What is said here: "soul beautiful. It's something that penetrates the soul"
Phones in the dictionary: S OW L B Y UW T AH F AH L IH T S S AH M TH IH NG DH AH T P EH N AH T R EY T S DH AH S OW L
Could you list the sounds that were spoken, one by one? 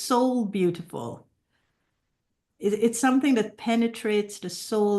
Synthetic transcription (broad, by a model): S OW L B Y UW T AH F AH L IH T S S AH M TH IH NG DH AH T P EH N AH T R EY T S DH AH S OW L